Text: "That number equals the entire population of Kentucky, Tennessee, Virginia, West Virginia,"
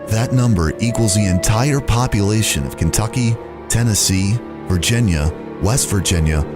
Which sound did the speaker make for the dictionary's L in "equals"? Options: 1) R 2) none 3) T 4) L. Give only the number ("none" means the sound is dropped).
4